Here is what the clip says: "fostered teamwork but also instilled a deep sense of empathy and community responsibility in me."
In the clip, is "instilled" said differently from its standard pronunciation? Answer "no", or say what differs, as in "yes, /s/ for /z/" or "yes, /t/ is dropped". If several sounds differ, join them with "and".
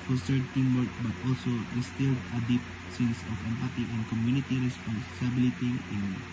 yes, /n/ is dropped and /d/ is dropped